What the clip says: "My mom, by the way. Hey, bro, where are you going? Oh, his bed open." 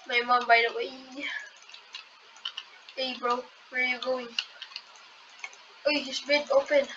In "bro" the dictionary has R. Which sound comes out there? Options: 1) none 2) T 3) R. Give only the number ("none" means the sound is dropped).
3